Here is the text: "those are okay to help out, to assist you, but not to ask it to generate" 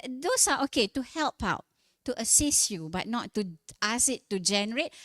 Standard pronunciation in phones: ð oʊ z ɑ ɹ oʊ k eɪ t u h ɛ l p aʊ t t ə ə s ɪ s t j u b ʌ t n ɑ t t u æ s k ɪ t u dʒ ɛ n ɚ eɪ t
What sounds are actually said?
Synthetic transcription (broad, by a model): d oʊ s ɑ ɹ oʊ k eɪ t u h ɛ l p aʊ t t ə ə s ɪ s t j u b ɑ t n ɑ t t u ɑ s ɪ t u dʒ ɛ n ɚ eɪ t